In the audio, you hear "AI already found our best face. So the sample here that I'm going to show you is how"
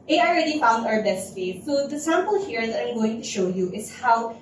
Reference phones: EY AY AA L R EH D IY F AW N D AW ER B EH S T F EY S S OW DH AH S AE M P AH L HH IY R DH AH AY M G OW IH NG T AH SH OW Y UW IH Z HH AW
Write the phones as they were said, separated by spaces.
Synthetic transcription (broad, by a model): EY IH AA L R EH D IY F AW N D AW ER B EH S T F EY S S OW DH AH S AE M P AH L HH IY R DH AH AY M G OW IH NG T AH SH OW Y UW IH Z HH AW